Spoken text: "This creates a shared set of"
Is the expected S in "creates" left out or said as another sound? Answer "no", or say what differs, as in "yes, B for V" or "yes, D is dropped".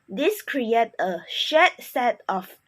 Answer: yes, S is dropped